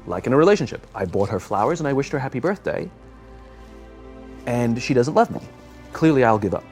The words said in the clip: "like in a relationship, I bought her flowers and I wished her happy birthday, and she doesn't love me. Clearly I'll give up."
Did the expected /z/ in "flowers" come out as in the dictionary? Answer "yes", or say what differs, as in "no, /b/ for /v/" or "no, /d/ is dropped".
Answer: yes